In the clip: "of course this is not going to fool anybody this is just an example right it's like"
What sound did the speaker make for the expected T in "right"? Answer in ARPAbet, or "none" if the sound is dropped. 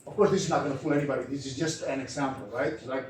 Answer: none